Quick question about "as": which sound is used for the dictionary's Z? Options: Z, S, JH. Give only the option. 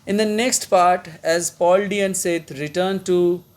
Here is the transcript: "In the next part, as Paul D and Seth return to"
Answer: Z